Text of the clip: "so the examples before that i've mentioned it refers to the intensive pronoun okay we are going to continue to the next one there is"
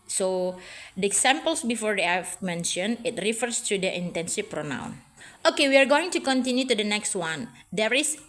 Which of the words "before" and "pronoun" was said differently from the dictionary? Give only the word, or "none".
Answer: none